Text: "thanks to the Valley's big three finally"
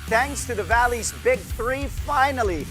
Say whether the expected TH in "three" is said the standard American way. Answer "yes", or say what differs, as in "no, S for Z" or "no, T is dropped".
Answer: yes